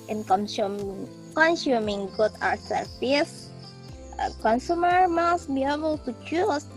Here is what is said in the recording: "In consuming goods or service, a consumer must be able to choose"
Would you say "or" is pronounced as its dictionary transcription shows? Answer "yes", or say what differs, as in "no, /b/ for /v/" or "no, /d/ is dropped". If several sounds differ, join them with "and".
no, /w/ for /ɹ/